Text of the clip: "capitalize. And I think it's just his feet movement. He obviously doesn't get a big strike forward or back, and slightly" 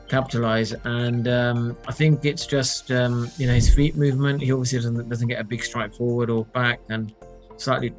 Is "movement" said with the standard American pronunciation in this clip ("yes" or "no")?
yes